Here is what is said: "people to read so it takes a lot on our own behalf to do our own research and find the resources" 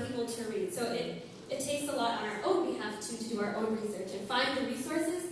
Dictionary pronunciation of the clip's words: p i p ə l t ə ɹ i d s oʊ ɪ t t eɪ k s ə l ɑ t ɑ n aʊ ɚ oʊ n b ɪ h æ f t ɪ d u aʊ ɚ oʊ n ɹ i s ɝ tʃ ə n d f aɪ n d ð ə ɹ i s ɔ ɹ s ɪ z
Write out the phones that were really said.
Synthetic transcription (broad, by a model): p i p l t ə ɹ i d s oʊ ɪ t t eɪ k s ə l ɑ t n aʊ ɚ oʊ n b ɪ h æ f t ɪ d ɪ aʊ ɚ oʊ n ɹ i s ɝ tʃ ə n f aɪ n ð ə ɹ i s ɔ ɹ s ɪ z